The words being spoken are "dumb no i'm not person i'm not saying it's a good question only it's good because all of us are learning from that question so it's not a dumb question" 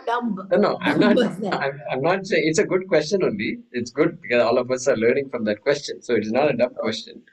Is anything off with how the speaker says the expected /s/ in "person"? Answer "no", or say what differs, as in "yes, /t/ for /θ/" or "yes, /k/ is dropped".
yes, /s/ is dropped